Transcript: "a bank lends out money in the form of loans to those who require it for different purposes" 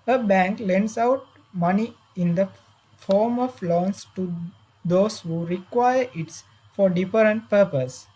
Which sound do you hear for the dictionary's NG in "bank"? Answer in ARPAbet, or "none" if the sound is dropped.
NG